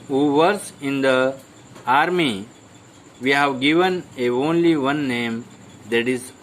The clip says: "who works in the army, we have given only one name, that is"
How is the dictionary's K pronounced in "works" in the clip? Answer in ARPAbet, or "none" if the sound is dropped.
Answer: none